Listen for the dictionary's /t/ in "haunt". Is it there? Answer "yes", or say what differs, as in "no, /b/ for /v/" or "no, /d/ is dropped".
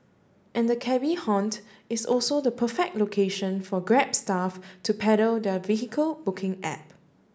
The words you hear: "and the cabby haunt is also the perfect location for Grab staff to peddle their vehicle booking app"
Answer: yes